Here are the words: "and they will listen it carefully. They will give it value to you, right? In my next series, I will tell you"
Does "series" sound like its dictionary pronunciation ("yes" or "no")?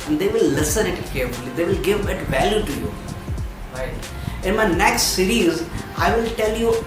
yes